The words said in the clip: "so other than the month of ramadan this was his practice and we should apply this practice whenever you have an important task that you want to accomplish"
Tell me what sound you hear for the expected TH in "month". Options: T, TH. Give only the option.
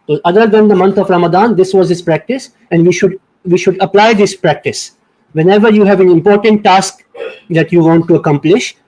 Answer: T